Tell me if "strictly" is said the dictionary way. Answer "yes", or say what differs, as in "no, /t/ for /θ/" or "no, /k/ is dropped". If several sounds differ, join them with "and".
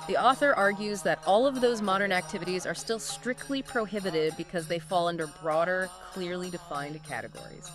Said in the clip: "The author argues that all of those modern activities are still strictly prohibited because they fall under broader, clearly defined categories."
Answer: yes